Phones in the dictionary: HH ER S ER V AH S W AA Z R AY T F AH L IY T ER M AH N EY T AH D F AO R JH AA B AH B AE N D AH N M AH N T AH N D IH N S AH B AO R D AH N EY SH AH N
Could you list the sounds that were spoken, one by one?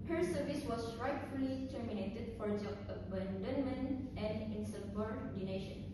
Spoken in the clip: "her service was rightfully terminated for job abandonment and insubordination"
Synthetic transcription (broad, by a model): HH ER S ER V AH S W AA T R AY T F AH L IY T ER M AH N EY T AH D F AO R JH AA AH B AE N D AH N M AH N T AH N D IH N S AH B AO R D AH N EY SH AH N